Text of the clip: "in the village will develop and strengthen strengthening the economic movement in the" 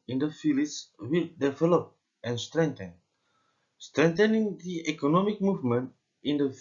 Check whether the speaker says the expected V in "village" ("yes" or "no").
no